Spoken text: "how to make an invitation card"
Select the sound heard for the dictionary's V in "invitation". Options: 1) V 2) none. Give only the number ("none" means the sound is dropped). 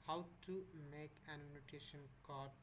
2